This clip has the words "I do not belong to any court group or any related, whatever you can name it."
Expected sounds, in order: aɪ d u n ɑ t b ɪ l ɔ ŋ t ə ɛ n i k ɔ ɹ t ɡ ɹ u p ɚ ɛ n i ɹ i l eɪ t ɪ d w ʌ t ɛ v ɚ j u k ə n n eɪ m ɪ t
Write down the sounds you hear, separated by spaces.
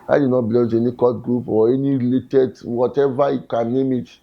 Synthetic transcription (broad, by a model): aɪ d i n ɑ t b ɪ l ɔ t ɛ n i k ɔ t ɡ ɹ u p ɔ ɛ n i ɹ i l eɪ t ɪ d w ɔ t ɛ v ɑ j u k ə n n eɪ m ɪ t